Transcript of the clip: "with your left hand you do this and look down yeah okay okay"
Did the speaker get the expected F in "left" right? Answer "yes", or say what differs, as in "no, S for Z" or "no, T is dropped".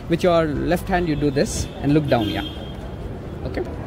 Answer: yes